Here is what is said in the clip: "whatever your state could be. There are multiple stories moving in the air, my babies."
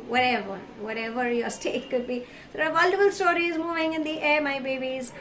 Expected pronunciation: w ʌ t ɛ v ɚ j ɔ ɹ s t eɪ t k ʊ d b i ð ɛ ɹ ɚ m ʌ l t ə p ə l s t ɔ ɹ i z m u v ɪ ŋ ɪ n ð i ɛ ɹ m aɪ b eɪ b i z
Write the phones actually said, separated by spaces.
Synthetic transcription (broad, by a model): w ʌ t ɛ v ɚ j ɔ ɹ s t eɪ t k ʊ d b i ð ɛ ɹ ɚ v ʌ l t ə f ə l s t ɔ ɹ i z m u v ɪ ŋ ɪ n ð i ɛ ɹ m aɪ b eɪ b i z